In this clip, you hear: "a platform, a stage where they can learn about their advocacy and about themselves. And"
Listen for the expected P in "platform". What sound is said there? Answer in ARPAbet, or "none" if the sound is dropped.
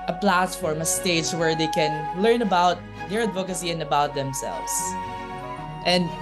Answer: P